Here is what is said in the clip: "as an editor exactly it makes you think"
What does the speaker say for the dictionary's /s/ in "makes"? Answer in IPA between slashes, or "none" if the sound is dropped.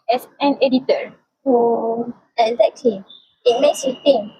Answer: /s/